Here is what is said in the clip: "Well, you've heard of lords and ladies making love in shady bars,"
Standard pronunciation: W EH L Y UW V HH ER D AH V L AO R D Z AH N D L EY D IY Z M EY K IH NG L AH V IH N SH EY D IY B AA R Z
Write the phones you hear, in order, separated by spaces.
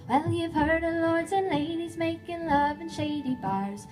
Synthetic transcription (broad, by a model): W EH L Y UW V HH ER D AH L AO R D Z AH N L EY D IY Z M EY K IH NG L AH V IH N SH EY D IY B AA R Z